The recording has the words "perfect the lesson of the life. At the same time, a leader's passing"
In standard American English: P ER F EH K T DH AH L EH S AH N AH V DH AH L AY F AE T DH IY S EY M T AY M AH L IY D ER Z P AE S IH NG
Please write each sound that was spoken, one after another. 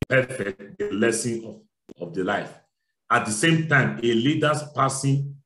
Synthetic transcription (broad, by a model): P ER F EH K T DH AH L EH S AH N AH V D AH L AY F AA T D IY S EY M T AY M AH L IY D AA S P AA S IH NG